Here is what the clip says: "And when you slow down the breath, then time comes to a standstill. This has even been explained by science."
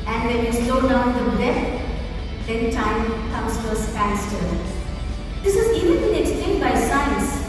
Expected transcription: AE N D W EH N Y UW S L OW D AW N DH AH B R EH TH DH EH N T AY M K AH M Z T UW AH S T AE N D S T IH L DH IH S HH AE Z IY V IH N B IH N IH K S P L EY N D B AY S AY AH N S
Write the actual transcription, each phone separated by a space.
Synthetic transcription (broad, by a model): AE N D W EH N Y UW S L OW D AW N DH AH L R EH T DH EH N T AY M K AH M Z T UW AH S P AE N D S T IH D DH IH S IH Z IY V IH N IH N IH K S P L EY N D B AY S AY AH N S